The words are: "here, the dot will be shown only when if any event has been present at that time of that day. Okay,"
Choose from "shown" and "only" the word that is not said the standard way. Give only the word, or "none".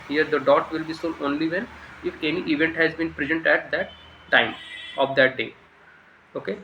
shown